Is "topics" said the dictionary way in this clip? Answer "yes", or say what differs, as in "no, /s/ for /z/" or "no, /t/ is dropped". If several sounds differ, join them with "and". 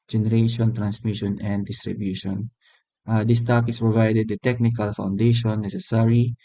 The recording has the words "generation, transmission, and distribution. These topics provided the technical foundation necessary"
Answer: no, /k/ is dropped